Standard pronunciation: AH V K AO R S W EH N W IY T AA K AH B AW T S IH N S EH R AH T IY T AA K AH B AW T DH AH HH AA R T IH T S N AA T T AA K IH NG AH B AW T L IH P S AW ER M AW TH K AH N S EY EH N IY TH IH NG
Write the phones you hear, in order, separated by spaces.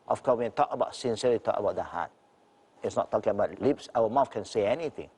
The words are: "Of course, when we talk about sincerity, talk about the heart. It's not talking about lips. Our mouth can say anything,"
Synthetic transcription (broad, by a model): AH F K AO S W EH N T AA K AH B AW T S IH N S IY AH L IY T AA K AH B AW T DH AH HH AA T IH T S N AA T T AA K IH NG AH B AW T L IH P S AW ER M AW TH K AH N S EY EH N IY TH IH NG